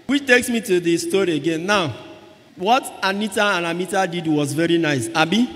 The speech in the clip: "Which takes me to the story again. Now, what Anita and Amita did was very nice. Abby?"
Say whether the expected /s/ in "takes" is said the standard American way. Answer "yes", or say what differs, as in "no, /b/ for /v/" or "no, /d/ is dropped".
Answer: yes